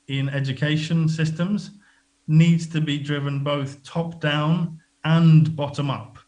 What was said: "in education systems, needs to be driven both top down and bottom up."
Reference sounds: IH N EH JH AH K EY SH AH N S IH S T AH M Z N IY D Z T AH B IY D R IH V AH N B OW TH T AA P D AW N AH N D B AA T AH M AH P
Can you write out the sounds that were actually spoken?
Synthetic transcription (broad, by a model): IH N EH JH AH K EY SH AH N S IH S T AH M Z N IY D Z T AH B IY D R IH V AH N B OW TH T AA P D AW N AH N B AA T AH M AH P